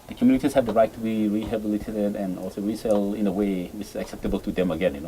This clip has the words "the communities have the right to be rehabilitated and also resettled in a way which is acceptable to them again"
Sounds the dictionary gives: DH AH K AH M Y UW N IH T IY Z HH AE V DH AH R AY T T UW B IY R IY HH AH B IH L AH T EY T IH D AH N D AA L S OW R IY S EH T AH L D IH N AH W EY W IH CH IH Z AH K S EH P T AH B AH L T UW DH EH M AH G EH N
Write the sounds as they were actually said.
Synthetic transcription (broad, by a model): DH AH K M Y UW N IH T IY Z HH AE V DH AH R AY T T UW B IY R IY HH AH B IH L AH T EY T IH D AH N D AA L S OW R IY S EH L IH N AH W EY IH IH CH AH K S EH P T AH B AH L T UW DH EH M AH G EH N